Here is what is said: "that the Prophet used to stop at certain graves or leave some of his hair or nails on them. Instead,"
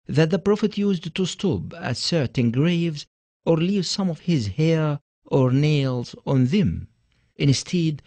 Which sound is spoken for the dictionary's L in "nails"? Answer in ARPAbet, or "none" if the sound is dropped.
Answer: L